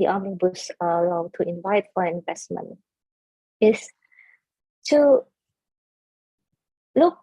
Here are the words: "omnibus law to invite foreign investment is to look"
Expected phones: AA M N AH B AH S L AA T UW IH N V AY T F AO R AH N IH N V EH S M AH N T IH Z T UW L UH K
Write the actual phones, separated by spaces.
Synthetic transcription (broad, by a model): AA M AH B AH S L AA T UW IH N V AY T F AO AH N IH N V EH S M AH N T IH S T UW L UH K